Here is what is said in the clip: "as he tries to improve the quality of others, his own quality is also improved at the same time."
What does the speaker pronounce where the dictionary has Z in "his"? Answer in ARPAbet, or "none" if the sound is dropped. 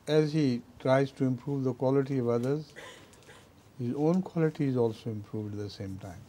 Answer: Z